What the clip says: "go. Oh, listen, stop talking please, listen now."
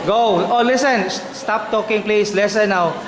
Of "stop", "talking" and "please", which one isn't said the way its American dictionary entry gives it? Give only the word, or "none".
please